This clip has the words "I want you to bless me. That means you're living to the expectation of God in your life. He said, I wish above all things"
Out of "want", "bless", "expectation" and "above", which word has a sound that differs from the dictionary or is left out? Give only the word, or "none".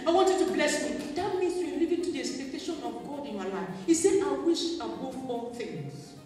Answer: above